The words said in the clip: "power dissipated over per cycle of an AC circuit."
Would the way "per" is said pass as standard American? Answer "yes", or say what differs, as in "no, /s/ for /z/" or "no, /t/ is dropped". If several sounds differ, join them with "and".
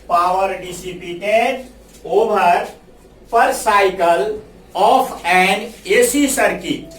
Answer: yes